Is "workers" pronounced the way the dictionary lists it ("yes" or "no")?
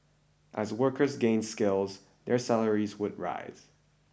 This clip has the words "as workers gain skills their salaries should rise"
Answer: yes